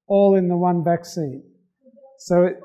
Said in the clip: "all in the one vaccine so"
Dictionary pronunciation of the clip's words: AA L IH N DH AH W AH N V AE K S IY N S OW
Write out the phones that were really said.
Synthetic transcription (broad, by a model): AA L IH N DH AH W AH N B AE K S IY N S OW